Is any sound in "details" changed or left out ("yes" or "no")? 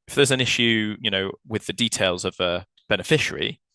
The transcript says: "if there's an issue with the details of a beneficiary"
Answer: no